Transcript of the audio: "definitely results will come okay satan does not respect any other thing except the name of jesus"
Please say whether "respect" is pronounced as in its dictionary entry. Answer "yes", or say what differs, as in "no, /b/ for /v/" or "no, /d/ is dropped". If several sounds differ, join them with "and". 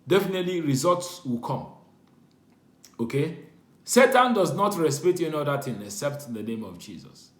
no, /k/ is dropped